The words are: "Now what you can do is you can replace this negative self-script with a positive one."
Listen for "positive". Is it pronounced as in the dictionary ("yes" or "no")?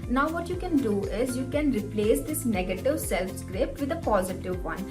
yes